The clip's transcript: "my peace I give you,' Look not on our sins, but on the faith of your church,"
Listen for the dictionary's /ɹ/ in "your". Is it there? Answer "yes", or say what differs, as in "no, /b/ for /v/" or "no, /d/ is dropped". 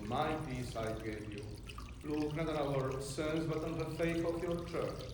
yes